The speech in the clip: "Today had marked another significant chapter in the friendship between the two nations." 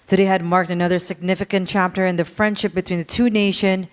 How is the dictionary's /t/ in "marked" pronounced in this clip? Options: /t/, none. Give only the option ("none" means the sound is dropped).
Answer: /t/